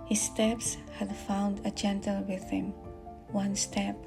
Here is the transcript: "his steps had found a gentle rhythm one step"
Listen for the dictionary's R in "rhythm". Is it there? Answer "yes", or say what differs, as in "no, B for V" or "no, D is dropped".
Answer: no, W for R